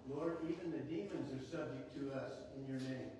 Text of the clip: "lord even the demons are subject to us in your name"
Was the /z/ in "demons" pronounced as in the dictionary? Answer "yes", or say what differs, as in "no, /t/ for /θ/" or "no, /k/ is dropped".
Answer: yes